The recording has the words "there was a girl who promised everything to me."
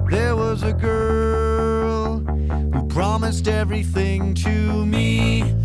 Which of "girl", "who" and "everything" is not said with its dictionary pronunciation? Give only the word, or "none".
none